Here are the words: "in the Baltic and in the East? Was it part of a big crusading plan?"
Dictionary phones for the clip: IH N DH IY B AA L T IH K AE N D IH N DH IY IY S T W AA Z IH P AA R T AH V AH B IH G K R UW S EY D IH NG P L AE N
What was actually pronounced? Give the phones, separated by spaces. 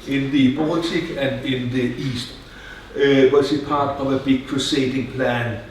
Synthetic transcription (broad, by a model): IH N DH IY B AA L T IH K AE N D IH N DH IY IY S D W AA S IH P AA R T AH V AH B IH G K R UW S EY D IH NG P L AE N